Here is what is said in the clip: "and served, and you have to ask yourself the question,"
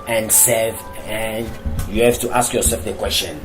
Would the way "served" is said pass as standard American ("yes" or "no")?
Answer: no